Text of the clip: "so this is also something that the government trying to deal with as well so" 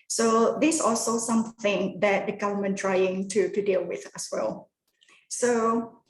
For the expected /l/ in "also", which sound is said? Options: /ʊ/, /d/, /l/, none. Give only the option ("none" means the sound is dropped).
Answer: /l/